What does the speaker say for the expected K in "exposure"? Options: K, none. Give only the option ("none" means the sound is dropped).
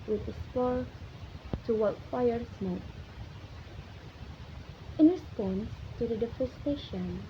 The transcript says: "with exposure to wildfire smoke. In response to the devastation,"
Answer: none